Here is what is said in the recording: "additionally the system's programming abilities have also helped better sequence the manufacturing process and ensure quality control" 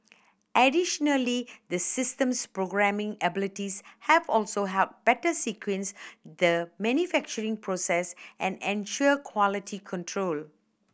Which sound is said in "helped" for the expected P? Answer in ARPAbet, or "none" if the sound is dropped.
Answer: none